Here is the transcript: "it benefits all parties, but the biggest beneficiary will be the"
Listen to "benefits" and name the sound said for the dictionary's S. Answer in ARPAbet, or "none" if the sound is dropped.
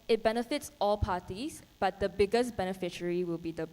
S